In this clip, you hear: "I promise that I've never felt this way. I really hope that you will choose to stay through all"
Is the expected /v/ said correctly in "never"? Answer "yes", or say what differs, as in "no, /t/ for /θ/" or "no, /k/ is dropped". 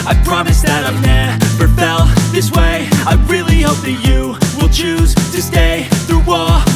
no, /p/ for /v/